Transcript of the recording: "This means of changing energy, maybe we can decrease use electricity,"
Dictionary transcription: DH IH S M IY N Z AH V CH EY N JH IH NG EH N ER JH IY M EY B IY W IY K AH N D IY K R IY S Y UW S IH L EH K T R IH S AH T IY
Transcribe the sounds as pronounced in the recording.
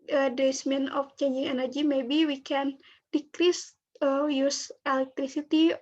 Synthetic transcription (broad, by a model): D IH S M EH N AH F CH EY N JH IH NG EH N ER JH IY M EY B IY W IY K AH N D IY K R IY S Y UW S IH L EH K T R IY S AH T IY